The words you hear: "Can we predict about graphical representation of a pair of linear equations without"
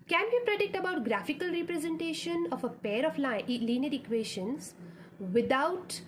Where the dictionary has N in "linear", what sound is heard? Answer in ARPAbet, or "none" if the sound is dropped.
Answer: L